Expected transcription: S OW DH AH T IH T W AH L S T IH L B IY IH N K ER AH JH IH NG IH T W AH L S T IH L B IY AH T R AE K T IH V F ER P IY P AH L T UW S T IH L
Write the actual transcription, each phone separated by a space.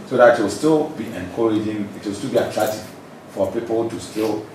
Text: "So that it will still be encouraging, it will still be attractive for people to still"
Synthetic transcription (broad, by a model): S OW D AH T IH T W AH L S T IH L B IY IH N K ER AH JH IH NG IH T W AH L S T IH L B IY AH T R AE T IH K F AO P IY P AH L T UW S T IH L